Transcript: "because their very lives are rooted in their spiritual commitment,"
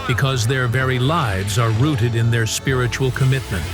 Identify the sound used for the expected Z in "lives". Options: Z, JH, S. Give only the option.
Z